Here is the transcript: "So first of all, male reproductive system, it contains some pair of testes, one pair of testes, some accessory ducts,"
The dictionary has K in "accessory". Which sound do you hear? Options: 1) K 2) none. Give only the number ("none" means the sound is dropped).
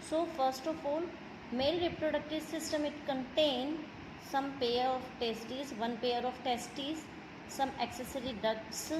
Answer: 1